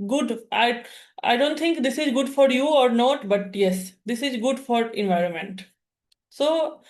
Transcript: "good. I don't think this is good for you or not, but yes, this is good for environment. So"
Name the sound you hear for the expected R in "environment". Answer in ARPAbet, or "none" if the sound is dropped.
R